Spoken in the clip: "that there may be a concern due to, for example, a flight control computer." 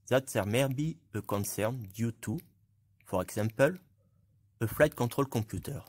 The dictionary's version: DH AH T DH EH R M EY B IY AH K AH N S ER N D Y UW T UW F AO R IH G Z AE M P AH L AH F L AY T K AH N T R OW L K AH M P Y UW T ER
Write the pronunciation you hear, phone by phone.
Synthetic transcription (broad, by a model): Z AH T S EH R M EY B IY AH K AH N S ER N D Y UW T UW F AO R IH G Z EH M P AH L AH F L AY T K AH T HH OW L K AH P Y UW T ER